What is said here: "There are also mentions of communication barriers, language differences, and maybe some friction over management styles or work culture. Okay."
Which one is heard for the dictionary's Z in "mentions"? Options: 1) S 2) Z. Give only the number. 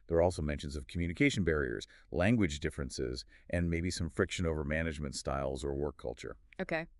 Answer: 2